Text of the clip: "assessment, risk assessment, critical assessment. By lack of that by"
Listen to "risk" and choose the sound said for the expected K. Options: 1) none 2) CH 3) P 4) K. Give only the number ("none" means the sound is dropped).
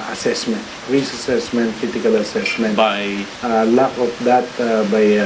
1